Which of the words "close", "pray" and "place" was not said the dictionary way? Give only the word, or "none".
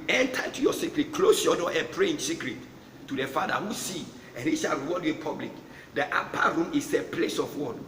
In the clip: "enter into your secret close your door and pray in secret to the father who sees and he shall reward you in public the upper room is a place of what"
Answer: none